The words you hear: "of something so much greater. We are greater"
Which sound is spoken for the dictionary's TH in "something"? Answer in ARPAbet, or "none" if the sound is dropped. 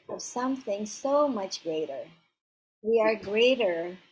TH